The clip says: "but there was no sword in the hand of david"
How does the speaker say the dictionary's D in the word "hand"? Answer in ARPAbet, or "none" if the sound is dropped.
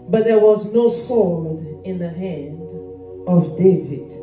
D